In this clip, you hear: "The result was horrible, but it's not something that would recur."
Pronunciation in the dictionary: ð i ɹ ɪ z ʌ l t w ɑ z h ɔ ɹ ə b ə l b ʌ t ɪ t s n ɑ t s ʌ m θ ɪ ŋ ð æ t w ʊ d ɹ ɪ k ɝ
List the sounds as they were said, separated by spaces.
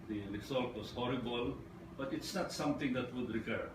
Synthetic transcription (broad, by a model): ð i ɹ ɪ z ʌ l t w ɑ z h ɔ ɹ ə b ə l b ʌ t ɪ t s n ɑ t s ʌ m t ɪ ŋ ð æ t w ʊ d ɹ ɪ k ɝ